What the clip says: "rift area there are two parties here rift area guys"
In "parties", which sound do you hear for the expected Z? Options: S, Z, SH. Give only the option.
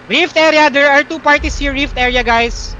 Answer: S